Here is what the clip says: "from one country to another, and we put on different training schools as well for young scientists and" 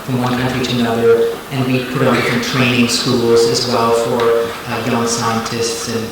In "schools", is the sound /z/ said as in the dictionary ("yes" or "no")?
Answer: yes